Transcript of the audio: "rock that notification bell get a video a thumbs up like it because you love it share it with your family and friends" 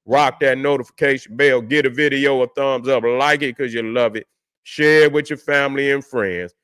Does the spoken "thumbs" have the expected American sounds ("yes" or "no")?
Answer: yes